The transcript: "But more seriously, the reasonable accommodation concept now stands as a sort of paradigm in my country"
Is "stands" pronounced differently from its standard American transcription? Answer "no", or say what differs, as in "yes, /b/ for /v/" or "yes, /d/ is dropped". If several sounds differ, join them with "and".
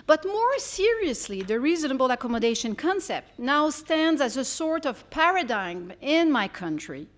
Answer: no